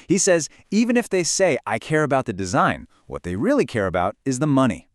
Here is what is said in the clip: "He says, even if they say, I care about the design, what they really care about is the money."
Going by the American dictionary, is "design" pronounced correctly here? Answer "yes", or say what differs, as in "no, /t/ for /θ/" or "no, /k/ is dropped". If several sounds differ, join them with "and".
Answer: yes